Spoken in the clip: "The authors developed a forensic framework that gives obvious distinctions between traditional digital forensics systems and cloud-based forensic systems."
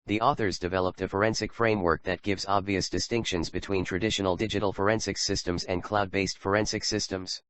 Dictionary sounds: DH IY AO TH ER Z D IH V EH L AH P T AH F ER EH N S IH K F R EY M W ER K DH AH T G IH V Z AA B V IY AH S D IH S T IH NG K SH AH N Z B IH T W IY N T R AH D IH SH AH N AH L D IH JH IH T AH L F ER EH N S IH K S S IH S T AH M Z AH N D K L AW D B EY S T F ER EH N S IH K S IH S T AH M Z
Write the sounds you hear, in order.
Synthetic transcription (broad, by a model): DH IY AO TH ER Z D IH V EH L AH P T AH F ER EH N S IH K F R EY M W ER K DH AH T G IH V Z AA B V IY AH S D IH S T IH NG K SH AH N Z B IH T W IY N T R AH D IH SH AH N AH L D IH JH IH T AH L F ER EH N S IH K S S IH S T AH M Z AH N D K L AW D B EY S T F ER EH N S IH K S IH S T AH M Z